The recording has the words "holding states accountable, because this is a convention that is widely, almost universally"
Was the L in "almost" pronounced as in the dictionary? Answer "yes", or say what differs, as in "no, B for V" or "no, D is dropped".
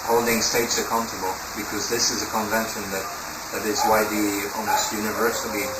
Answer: no, L is dropped